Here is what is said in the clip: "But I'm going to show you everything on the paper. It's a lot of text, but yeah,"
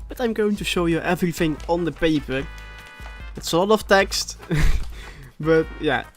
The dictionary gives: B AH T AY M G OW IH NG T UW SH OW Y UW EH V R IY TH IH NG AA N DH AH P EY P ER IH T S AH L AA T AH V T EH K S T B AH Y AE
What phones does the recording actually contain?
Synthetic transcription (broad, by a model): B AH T AY M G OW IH T UW SH OW Y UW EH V R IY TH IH NG AA N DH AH P EY P ER IH T S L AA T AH F T EH K S T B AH Y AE